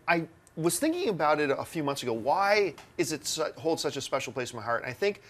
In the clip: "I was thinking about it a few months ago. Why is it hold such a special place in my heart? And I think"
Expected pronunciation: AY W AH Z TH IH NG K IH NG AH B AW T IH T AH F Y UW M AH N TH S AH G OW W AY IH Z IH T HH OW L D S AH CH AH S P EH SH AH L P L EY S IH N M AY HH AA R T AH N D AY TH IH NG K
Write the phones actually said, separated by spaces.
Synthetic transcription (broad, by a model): AY W AH Z TH IH NG K IH NG AH B AW T IH T AH F Y UW M AH N TH S AH G OW W AY IH Z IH T HH OW L D S AH CH AH S P EH SH L P L EY S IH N M AY HH AA R T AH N AY TH IH NG K